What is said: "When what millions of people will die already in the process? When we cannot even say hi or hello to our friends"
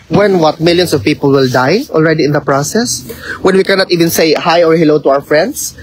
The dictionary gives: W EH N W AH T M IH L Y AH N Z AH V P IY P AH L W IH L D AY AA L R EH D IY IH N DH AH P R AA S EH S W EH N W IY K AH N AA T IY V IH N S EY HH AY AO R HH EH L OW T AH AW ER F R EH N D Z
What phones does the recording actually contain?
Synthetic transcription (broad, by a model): W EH N W AH T M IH L Y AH N S AH V P IY P AH L W IH L D AY AA L R EH D IY IH N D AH P R AA S EH S W EH N W IY K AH N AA T IY V IH N S EY HH AY AO R HH EH L OW T AH AW ER F R EH N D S